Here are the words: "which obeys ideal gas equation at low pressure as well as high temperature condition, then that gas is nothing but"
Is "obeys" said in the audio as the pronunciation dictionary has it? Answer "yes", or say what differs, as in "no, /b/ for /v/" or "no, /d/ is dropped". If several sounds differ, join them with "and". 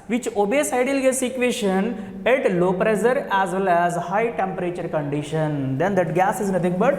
no, /s/ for /z/